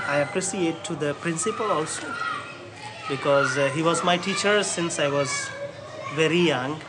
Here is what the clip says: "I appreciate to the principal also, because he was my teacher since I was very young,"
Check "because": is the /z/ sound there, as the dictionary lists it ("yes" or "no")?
yes